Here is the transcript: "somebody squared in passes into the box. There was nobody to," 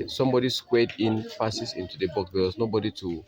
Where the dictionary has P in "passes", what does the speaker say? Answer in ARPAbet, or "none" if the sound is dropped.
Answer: F